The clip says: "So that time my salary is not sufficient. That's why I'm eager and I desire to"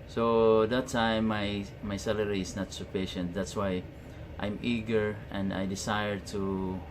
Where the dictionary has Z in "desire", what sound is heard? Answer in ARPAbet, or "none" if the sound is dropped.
S